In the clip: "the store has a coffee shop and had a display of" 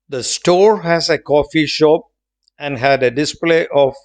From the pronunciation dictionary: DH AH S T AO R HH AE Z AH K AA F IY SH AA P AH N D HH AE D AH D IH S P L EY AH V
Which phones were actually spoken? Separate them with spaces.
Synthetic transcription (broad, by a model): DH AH S T AO R HH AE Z AH K AA F IY SH AA P AH N D HH AE D AH D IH S P L EY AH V